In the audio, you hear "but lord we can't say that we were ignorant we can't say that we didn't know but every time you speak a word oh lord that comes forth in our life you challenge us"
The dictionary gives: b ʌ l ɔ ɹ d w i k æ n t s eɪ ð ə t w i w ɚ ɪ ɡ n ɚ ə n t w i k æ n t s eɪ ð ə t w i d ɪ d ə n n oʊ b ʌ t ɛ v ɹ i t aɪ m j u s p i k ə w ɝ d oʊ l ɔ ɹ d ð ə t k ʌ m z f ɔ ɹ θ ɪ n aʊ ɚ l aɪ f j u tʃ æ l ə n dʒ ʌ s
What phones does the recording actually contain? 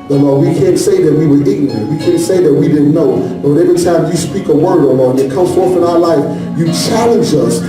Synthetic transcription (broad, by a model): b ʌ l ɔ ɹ w i k æ n t s eɪ ð ə t w i w ɚ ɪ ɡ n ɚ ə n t w i k æ n t s eɪ ð ə t w i d ɪ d n n oʊ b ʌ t ɛ v ɹ i t aɪ m j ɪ s p i k ə w ɝ d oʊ l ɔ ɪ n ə t k ʌ m z f ɔ ɹ θ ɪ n aʊ ɚ l aɪ f j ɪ tʃ æ l ə n dʒ ʌ s